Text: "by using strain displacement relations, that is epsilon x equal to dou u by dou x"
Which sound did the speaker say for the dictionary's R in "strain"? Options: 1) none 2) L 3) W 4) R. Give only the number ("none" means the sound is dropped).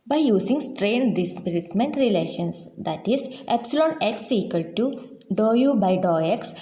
4